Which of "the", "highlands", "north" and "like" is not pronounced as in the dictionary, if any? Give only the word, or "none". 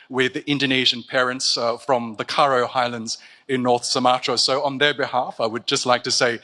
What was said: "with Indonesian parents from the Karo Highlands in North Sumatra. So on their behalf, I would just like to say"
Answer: none